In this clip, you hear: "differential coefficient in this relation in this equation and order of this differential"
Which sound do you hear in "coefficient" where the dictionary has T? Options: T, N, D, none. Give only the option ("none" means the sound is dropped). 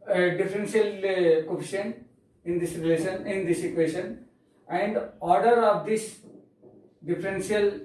none